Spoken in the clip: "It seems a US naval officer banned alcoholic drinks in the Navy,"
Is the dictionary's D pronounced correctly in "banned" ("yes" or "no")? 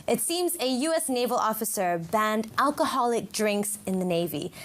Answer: yes